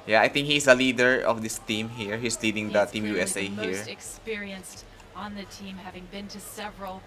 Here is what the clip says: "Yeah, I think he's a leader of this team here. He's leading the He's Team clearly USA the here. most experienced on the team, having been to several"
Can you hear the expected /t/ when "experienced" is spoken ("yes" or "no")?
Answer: yes